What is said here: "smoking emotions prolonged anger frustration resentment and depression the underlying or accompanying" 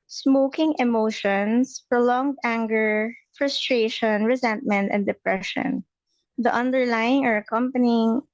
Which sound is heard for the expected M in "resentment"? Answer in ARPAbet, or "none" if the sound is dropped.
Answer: M